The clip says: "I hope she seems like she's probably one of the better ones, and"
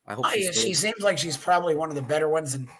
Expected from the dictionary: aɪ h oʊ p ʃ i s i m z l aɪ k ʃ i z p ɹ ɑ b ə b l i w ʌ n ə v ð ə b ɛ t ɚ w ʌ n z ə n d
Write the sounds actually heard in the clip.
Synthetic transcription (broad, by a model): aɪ ʃ i s i m z l aɪ k ʃ i z p ɹ ɑ b ə b l i w ʌ n ə v ð ə b ɛ t ɚ w ʌ n z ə n